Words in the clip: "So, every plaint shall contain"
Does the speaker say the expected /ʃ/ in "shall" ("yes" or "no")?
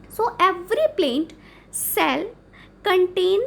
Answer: no